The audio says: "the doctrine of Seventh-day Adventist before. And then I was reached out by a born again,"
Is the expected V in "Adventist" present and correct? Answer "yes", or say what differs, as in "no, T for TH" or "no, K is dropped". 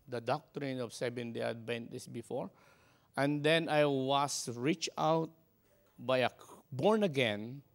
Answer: no, B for V